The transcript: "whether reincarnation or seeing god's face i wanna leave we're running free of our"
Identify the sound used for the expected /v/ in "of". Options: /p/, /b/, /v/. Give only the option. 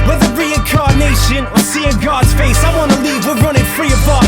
/b/